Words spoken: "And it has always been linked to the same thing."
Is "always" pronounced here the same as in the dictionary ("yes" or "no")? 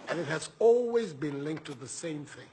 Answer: yes